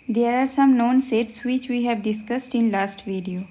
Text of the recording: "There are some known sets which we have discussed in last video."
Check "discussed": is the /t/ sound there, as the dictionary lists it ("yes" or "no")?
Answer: yes